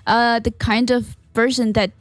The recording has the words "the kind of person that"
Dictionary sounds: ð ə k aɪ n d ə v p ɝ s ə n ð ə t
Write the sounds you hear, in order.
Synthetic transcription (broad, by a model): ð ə k aɪ n d ə v ɝ ʃ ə n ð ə t